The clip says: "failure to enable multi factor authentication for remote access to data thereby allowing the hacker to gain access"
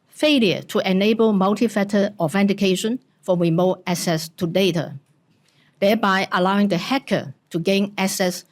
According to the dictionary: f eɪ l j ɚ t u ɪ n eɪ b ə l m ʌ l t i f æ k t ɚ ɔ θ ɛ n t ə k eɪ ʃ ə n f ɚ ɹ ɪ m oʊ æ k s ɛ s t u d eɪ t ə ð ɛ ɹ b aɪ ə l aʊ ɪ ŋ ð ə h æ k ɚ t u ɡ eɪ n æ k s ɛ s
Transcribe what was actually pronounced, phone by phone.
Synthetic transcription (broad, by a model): f eɪ l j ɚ t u ɪ n eɪ b ə l m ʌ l t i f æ t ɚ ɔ f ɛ n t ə k eɪ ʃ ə n f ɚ ɹ ɪ m oʊ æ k s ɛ s t u d eɪ t ə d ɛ b aɪ ə l aʊ ɪ ŋ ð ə h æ k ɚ t u ɡ eɪ n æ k s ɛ s